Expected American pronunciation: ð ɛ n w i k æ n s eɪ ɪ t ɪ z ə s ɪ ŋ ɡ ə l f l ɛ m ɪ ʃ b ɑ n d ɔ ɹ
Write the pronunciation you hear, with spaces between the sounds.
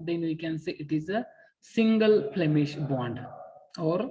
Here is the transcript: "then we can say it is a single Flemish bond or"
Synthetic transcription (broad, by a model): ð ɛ n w i k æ n s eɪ ɪ t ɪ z ə s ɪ ŋ ɡ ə l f l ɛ m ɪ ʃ b ɑ n d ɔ ɹ